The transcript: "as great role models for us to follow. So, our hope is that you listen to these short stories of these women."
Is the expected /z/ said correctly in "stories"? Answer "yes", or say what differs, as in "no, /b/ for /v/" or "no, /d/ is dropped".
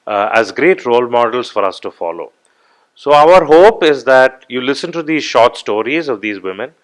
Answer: yes